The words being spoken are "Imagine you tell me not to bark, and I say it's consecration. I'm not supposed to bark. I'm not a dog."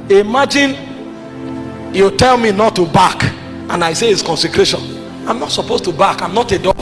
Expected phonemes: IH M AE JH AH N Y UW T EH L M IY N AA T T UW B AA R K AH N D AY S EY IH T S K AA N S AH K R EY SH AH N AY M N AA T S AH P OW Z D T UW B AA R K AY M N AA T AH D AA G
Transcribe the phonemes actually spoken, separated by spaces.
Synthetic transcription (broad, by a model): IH M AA JH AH N Y UW T EH L M IY N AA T T UW B AA K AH N AY S EY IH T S K AA N S AH K R EY SH AH N AY M N AA T S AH P OW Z T UW B AA K AY M N AA T AH D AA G